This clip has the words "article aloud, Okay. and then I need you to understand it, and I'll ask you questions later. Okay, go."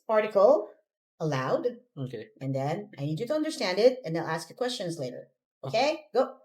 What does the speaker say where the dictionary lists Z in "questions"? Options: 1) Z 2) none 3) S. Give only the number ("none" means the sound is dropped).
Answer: 1